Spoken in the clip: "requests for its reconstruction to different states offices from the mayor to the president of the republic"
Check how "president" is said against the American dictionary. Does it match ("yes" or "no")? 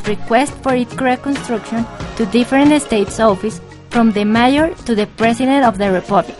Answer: no